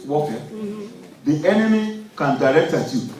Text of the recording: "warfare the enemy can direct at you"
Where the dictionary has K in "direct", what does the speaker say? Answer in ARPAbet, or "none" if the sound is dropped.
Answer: K